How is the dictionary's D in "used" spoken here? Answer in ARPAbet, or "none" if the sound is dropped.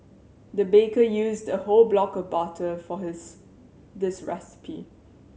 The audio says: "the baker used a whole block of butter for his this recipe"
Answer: D